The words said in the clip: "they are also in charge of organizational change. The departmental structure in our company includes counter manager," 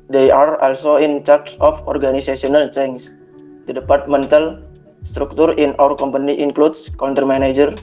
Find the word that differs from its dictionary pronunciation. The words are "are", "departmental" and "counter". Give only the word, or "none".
none